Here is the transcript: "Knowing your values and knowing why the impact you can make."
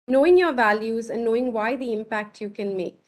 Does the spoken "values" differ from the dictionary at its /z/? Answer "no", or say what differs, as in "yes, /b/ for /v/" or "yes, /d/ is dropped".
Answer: no